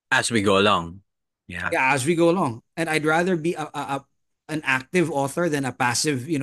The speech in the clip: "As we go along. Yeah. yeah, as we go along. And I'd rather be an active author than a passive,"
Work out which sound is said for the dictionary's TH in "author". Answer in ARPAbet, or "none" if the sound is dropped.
TH